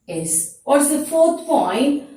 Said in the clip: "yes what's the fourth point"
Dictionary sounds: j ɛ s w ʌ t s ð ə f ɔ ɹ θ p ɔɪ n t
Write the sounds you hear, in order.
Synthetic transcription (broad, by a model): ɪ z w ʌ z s ð ə f ɔ ɹ θ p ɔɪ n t